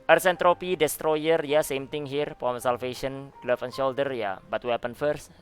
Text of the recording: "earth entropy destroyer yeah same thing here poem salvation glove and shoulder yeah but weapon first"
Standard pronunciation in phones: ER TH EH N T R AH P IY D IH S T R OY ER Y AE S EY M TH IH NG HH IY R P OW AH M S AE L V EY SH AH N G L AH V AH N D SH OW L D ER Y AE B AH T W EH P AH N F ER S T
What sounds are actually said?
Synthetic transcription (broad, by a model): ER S EH N T R AH P IY D IH S T R OY ER Y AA S EY M T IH NG HH IY R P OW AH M S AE L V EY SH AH N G L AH F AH N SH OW L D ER Y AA B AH T W EH P AH N F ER S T